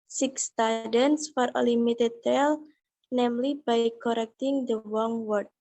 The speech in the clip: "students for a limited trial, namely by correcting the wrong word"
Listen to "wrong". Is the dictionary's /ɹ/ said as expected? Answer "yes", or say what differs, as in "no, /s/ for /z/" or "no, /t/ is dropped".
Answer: no, /w/ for /ɹ/